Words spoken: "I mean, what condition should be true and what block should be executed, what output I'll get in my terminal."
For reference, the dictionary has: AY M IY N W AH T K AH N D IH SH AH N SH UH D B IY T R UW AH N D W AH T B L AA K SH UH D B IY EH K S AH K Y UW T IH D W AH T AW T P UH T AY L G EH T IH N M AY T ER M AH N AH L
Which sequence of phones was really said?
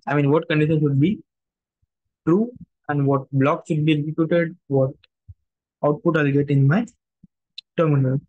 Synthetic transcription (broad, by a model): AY M IY N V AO T K AH N D IH SH AH N SH UH D B IY T R UW AH N D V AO T B L AA K SH UH D B IY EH S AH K Y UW T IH D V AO T AW T P UH T AY L G EH T IH N M AY T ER M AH N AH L